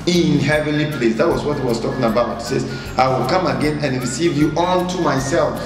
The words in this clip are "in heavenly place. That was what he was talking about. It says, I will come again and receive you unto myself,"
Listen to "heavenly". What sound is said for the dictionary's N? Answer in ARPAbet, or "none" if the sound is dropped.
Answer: N